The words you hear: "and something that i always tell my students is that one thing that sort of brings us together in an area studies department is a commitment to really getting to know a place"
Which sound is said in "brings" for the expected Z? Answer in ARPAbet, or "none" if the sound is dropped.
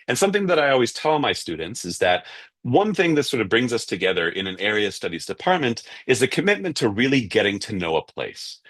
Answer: Z